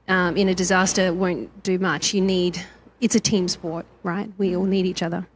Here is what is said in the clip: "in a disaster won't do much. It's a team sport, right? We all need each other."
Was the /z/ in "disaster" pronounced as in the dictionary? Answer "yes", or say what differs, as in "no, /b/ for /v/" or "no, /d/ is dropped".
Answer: yes